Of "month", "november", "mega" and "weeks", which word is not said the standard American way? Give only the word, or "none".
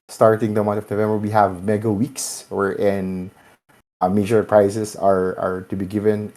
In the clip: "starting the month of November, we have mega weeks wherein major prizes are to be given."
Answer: month